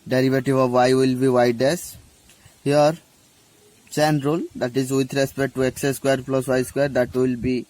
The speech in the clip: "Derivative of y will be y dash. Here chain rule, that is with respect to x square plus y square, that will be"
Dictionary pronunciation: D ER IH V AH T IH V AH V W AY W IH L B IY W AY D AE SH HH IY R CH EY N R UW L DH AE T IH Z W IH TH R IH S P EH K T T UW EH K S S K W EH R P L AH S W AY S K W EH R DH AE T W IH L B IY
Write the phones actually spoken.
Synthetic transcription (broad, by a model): D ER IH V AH T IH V AH V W AY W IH L B IY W AY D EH S HH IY R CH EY N R UW L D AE T IH Z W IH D R IH S P EH K T T UW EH K S S K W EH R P L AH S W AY S K W EH R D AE T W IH L B IY